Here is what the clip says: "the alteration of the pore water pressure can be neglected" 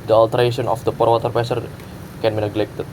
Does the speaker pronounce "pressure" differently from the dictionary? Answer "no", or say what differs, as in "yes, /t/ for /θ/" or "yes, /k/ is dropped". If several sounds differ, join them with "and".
yes, /ɹ/ is dropped and /s/ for /ʃ/